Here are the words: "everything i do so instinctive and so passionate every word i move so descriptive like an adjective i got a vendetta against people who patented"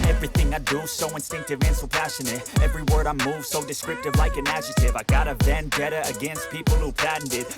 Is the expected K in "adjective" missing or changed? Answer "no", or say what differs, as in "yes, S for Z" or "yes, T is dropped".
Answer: yes, K is dropped